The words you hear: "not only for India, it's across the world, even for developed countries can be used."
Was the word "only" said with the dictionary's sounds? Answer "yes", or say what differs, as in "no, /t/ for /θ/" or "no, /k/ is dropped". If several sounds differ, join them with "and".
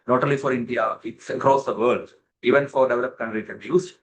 no, /n/ is dropped